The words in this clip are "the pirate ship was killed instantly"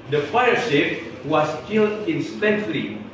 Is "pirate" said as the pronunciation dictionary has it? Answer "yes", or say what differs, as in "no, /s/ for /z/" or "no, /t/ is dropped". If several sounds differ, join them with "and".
no, /f/ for /p/ and /ɹ/ is dropped